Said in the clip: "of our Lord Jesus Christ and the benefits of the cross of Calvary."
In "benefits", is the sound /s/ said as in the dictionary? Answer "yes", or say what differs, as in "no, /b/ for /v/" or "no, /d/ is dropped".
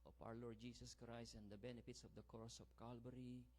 yes